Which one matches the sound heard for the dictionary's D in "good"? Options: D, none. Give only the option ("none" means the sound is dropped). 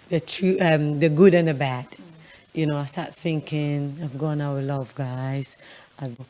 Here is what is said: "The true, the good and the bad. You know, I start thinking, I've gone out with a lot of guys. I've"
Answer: D